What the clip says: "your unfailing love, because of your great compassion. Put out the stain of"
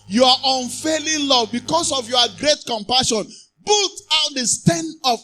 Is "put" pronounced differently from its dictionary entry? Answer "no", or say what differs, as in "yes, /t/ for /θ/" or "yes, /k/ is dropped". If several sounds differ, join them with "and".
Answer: yes, /b/ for /p/